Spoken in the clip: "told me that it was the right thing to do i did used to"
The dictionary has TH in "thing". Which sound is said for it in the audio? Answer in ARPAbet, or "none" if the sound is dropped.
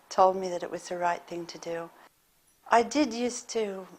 TH